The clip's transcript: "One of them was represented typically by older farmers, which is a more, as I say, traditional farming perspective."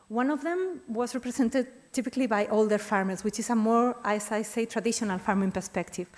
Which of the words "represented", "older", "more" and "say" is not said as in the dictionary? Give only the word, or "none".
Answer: represented